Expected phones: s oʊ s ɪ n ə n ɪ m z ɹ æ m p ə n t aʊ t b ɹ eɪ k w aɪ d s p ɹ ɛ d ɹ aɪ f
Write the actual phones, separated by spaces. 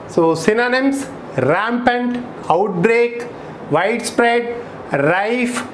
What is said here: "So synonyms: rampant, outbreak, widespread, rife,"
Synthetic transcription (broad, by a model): s oʊ s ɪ n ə n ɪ m s ɹ æ m p ə n t aʊ t b ɹ eɪ k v aɪ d s p ɹ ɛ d ɹ aɪ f